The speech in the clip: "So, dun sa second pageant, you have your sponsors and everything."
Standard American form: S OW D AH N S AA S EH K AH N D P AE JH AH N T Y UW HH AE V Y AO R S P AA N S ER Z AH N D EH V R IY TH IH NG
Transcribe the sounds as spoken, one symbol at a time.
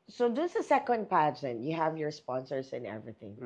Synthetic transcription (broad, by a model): S OW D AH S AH S EH K AH N D P AE JH AH N T Y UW HH AE V Y AO R S P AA N S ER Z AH N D EH V R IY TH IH NG